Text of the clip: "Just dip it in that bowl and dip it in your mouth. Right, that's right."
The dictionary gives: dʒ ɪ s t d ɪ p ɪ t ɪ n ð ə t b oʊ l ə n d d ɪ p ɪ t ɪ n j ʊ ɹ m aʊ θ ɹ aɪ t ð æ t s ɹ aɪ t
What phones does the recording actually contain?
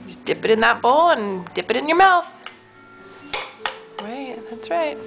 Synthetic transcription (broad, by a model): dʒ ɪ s d ɪ p ɪ t ɪ n ð ə t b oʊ l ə n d d ɪ p ɪ t ɪ n j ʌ ɹ m aʊ θ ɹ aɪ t ð æ t s ɹ aɪ t